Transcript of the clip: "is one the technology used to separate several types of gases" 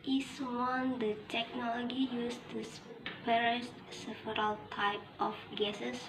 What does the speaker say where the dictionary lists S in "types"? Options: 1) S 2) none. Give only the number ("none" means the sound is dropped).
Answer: 2